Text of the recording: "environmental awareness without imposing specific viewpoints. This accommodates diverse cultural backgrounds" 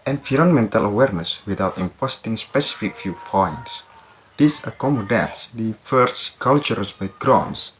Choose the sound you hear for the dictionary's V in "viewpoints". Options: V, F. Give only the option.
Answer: F